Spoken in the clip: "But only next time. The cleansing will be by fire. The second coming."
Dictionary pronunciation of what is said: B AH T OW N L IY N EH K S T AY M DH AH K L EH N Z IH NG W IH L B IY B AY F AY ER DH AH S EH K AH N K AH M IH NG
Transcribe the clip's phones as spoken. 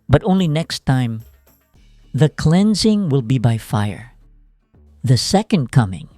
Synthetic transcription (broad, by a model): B AH T OW N L IY N EH K S T AY M DH AH K L EH N Z IH NG W IH L B IY B AY F AY ER DH AH S EH K AH N K AH M IH NG